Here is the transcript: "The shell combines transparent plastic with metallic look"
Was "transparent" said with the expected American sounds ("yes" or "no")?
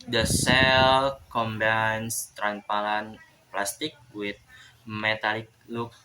no